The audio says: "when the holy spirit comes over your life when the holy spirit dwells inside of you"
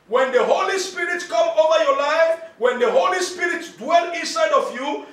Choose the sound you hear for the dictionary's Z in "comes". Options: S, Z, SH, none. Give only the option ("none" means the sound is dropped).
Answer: none